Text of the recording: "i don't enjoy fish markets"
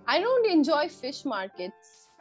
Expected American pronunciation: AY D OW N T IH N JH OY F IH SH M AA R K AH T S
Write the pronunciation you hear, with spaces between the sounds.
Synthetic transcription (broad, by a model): AY D OW N T IH N JH OY F IH SH M AA R K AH T S